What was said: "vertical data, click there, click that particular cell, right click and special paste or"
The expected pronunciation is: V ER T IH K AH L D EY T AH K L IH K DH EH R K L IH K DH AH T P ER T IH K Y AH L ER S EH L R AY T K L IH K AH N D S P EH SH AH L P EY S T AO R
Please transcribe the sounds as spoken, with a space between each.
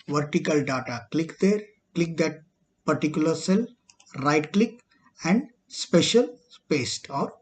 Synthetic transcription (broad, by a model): V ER T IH K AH L D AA T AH K L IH K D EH R K L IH K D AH T P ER T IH K Y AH L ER S EH L R AY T K L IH K AH N D S P EH SH AH L P EY S T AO R